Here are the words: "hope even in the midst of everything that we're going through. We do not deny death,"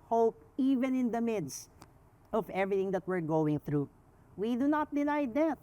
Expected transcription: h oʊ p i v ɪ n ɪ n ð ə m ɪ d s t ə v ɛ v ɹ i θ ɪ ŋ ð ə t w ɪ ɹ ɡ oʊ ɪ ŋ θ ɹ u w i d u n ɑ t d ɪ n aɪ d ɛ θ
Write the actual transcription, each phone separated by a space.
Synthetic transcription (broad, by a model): h oʊ p i v ɪ n ɪ n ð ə m ɪ d s t ə v ɛ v ɹ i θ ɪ ŋ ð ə t w ɪ ɹ ɡ oʊ ɪ ŋ θ ɹ u w i d u n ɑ t d ɪ n aɪ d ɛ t